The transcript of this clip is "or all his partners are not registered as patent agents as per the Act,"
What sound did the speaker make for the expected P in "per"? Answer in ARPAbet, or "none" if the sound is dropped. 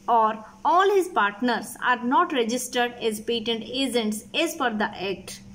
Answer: F